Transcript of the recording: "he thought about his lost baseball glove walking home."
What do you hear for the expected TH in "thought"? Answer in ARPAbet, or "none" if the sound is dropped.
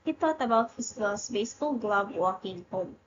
T